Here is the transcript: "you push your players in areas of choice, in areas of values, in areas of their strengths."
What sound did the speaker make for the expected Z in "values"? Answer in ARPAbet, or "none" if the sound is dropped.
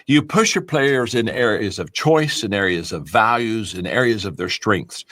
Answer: Z